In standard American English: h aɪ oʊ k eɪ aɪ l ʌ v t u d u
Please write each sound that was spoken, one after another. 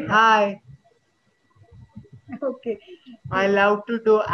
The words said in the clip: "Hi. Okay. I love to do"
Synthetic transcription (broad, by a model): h aɪ oʊ k eɪ aɪ l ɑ w t u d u